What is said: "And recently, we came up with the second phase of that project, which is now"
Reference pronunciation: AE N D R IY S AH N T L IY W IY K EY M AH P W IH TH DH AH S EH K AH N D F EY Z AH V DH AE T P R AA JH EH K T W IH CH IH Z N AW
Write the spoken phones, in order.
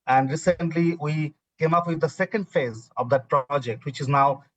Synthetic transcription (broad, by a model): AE N D R IY S AH N T L IY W IY K EY M AH P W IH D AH S EH K AH N D F EY Z AH V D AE T P R AA JH EH K T W IH CH IH Z N AW